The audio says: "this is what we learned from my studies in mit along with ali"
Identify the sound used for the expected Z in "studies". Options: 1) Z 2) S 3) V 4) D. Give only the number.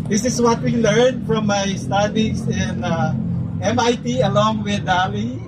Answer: 2